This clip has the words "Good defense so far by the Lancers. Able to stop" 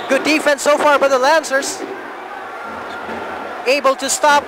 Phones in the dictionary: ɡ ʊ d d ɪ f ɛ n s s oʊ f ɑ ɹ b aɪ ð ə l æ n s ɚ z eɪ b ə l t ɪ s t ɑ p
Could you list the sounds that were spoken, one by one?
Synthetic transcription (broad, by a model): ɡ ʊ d d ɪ f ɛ n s s oʊ f ɑ ɹ b aɪ ð ə l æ n s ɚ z eɪ b ə l t ɪ s t ɑ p